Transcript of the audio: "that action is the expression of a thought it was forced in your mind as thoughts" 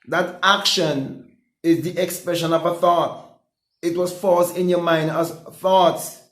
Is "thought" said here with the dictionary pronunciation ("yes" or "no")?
yes